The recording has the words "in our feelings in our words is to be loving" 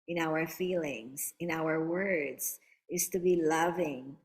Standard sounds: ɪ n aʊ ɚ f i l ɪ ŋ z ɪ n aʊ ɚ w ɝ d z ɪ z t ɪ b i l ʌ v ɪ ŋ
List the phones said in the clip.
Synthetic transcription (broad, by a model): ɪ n aʊ ɚ f i l ɪ ŋ z ɪ n aʊ ɚ w ɝ d z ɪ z t ɪ b i l ʌ v ɪ ŋ